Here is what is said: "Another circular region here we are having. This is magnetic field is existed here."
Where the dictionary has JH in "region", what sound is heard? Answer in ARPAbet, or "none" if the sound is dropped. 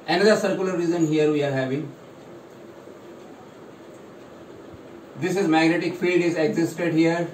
Z